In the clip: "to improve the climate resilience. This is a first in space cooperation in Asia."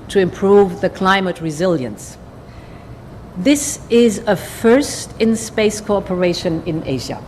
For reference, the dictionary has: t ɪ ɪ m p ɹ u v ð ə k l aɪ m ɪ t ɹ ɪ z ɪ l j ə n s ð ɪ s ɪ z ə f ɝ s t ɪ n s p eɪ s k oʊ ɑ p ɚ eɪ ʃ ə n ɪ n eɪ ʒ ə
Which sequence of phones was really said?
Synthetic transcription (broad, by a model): t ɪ ɪ m p ɹ u v ð ə k l aɪ m ɪ t ɹ ɪ z ɪ l j ə n s ð ɪ s ɪ z ə f ɝ s t ɪ n s p eɪ s k oʊ ɑ p ɚ eɪ ʃ ə n ɪ n eɪ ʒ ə